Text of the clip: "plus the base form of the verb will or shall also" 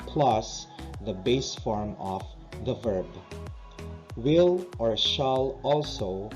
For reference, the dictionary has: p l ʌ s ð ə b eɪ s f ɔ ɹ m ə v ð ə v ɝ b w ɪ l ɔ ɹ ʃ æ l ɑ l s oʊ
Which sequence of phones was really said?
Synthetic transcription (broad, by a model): p l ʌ s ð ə b eɪ s f ɔ ɹ m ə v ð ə v ɝ b w ɪ l ɔ ɹ ʃ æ l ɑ l s oʊ